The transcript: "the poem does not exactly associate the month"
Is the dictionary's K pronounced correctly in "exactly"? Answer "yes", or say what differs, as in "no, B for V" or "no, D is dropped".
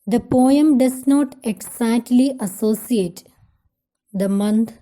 no, K is dropped